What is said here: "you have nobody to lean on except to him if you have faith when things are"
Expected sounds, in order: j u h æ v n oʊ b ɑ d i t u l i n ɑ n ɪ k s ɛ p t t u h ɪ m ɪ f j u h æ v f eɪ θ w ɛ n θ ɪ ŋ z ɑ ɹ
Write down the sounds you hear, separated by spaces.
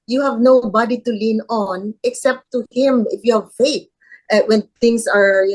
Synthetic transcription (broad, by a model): j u h æ v n oʊ b ɑ d i t u l i n ɑ n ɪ k s ɛ p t t u h ɪ m ɪ f j u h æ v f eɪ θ w ɛ n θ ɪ ŋ s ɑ ɹ